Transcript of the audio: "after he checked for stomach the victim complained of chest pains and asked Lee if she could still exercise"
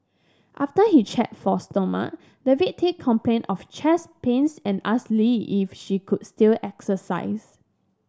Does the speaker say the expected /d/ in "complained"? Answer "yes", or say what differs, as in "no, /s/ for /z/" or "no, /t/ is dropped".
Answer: no, /d/ is dropped